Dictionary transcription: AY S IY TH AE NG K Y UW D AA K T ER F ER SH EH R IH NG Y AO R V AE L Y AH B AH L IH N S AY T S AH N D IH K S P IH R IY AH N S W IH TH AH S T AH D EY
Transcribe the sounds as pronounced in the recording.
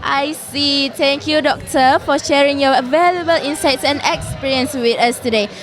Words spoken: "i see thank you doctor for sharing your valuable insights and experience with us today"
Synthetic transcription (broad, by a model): AY S IY T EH NG K Y UW D AA K T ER F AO SH EH R IH NG Y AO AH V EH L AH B AH L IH N S AY T S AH N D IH K S P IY R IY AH N S W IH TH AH S T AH D EY